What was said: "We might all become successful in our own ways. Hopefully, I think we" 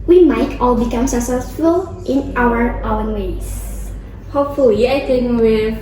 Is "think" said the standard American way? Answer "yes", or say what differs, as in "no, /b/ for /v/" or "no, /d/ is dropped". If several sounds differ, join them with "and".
no, /t/ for /θ/